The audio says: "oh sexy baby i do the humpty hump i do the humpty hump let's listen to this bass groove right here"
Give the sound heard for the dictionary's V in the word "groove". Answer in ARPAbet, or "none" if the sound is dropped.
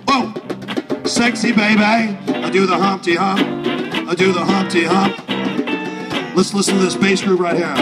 P